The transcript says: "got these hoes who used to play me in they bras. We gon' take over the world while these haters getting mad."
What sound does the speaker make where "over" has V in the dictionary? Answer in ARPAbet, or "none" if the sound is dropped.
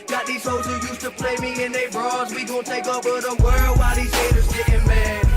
none